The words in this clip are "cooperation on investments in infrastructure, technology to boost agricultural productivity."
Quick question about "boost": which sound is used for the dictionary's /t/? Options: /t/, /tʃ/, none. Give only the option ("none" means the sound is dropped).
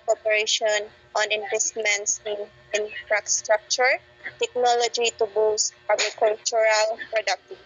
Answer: /t/